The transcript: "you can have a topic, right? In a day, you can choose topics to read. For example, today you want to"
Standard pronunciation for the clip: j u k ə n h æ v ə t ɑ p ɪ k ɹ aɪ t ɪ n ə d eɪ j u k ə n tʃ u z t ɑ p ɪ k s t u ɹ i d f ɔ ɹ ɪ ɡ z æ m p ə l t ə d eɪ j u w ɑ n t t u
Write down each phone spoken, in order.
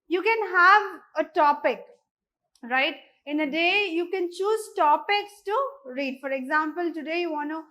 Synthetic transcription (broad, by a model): j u k ə n h æ v ə t ɑ p ɪ k ɹ aɪ t ɪ n ə d eɪ j u k ə n tʃ u z t ɑ p ɪ k s t u ɹ i d f ɔ ɹ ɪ ɡ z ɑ m p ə l t ə d eɪ j u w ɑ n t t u